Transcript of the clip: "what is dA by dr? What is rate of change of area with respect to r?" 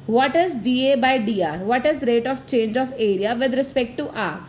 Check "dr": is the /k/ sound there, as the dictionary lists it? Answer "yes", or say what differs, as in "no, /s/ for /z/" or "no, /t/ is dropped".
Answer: no, /k/ is dropped